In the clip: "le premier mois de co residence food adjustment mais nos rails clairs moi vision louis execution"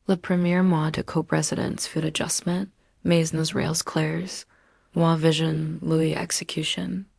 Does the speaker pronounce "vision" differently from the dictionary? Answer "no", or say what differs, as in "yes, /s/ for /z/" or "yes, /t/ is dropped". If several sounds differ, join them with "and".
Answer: no